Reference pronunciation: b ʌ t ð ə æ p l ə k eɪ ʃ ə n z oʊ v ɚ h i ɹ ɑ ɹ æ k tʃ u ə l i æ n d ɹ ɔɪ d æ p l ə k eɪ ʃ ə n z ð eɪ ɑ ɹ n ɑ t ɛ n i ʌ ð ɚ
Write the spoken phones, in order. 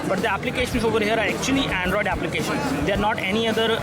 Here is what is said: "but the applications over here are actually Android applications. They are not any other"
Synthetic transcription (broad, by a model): b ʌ t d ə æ p l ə k eɪ ʃ ə n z oʊ v ɚ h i ɹ ɑ ɹ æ k tʃ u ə l i æ n d ɹ ɔɪ d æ p l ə k eɪ ʃ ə n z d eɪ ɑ ɹ n ɑ t ɛ n i ʌ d ɚ